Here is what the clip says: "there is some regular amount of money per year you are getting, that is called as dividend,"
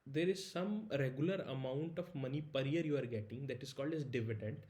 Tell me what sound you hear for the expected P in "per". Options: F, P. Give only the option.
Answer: P